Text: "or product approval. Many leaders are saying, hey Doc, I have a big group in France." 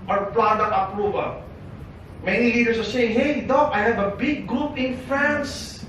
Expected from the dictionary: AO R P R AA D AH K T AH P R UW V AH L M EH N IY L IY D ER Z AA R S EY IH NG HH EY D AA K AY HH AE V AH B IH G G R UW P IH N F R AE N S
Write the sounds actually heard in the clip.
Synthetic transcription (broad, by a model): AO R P L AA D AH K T AH P R UW V AH L M EH N IY L IY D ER S AA R S EY IH NG HH EY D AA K AY HH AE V AH B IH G G R UW P IH N F R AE N S